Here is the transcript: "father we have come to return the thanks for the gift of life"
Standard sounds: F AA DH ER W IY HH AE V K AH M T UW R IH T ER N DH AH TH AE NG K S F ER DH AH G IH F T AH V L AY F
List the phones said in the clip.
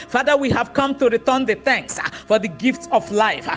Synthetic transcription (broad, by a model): F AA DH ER W IY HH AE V K AH M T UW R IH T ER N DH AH TH AE NG K S F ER DH AH G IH F T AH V L AY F